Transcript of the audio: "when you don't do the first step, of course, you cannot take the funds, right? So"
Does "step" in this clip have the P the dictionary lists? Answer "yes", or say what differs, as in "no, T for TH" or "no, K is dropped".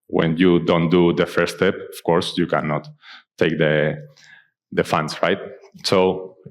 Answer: yes